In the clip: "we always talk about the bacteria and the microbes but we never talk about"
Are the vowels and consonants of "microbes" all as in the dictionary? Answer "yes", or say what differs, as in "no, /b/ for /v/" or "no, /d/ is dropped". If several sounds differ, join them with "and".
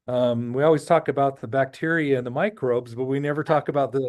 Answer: yes